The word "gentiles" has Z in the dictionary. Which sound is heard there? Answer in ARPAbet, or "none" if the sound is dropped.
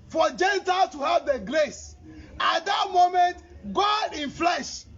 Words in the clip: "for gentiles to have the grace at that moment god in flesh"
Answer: none